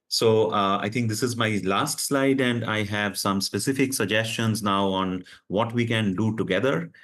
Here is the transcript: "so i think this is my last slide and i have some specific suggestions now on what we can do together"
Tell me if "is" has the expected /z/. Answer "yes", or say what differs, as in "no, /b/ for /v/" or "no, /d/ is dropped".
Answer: yes